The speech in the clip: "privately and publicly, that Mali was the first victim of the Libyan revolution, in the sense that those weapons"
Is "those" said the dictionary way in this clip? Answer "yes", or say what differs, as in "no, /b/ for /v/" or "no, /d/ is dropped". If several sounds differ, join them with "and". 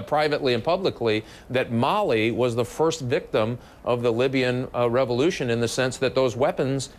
yes